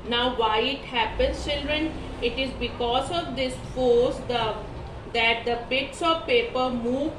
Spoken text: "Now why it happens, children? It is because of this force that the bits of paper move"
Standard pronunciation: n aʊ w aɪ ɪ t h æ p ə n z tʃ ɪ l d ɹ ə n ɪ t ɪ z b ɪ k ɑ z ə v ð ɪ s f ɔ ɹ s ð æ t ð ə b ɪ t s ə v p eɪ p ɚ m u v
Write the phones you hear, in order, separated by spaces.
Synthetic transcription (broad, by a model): n aʊ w aɪ ɪ t h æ p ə n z tʃ ɪ l d ɹ ə n ɪ t ɪ z b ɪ k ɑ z ə v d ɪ s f ɔ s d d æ t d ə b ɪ t s ə v p eɪ p ɚ m u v